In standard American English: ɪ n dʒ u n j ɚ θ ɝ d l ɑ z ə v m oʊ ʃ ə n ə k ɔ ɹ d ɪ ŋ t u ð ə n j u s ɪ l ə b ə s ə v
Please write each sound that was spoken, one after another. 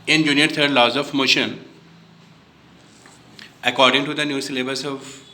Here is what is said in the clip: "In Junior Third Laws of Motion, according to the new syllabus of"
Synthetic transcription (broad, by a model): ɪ n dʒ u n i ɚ t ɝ d l ɑ z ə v m oʊ ʃ ə n ə k ɔ ɹ d ɪ ŋ t u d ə n j u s l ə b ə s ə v